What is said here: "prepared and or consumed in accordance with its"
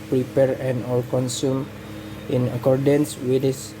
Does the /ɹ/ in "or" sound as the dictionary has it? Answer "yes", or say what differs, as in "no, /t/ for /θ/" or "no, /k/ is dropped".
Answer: no, /l/ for /ɹ/